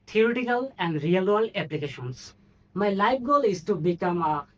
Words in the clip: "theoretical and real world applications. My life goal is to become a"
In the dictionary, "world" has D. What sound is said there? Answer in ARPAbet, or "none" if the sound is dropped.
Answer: none